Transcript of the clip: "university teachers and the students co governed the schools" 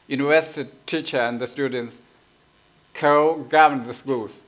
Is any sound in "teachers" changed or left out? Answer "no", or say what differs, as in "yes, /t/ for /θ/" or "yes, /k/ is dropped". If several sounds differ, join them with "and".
yes, /z/ is dropped